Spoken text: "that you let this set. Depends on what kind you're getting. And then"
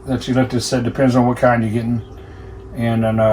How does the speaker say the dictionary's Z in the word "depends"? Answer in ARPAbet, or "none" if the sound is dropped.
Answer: Z